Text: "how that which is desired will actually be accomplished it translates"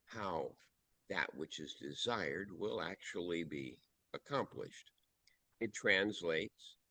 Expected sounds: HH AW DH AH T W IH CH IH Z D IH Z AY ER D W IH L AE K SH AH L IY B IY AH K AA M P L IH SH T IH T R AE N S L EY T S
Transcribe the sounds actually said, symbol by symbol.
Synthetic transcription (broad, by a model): HH AW DH AH T W IH CH IH Z D IH Z AY ER D W IH L AE K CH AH L IY B IY AH K AA M P L IH SH T IH T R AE N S L EY T S